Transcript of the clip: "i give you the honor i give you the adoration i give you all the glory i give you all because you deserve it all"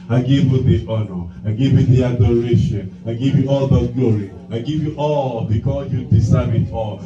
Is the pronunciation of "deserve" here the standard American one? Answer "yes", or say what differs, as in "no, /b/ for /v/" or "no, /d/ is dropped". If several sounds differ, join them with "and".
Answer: no, /s/ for /z/